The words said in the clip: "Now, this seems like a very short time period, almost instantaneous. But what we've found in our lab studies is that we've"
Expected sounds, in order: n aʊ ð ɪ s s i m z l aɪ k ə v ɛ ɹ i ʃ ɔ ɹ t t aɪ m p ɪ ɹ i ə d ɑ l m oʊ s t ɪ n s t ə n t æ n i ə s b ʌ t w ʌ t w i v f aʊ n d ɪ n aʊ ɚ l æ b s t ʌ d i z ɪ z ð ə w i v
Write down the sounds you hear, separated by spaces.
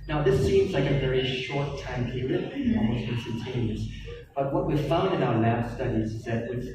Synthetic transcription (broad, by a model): n aʊ ð ɪ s s i m z l aɪ k ə v ɛ ɹ i ʃ ɔ ɹ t t aɪ m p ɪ ɹ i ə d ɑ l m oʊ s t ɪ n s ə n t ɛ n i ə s b ʌ t w ʌ t w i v f aʊ n d ɪ n aʊ ɚ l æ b s t ʌ d i z ɪ z ð ə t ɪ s